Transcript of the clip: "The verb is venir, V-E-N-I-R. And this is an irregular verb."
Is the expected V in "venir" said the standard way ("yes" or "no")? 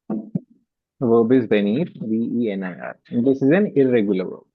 no